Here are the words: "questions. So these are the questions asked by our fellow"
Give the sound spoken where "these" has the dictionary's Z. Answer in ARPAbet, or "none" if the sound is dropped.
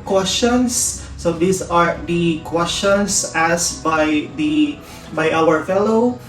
S